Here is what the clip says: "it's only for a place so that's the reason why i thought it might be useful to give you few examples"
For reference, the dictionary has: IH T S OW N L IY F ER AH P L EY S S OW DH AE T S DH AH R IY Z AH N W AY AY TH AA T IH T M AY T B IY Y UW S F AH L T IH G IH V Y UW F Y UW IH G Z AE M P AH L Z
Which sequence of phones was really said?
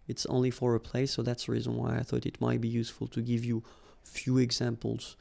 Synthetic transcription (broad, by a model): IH T S OW N L IY F ER AH P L EY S S OW DH AE T S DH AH R IY Z AH N W AY AY TH AA T IH T M AY T B IY Y UW S F AH L T IH G IH V Y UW F Y UW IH G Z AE M P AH L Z